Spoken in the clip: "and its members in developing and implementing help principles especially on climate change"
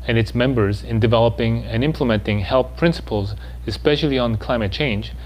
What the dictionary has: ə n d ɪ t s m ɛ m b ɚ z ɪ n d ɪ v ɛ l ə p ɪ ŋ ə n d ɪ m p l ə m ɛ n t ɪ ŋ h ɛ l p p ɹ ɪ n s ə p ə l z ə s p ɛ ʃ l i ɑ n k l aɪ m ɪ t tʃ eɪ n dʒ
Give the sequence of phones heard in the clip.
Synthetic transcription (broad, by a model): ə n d ɪ t s m ɛ m b ɚ z ɪ n d ɪ v ɛ l ə p ɪ ŋ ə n ɪ m p l ə m ɛ n t ɪ ŋ h ɛ l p p ɹ ɪ n s ə p ə l z ə s p ɛ ʃ l i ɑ n k l aɪ m ɪ t tʃ eɪ n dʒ